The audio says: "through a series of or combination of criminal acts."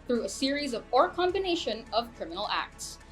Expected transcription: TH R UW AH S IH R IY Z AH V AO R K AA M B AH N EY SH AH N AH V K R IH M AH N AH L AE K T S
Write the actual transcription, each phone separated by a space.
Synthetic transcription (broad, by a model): TH R UW AH S IH R IY Z AH V AO R K AA M B AH N EY SH AH N AH V K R IH M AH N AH L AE K T S